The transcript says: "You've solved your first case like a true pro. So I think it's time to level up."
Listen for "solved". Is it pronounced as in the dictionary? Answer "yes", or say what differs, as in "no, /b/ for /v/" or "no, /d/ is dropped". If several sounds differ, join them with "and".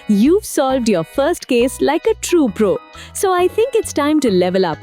yes